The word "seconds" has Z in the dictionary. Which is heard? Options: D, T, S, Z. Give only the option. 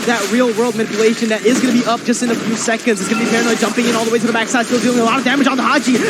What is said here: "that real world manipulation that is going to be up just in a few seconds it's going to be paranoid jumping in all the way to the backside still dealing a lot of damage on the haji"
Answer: Z